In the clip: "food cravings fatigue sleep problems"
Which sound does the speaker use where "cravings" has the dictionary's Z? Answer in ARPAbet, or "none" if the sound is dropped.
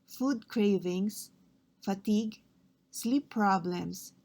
S